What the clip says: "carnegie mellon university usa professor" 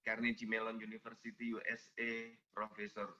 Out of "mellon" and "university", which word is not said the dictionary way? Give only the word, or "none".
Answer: university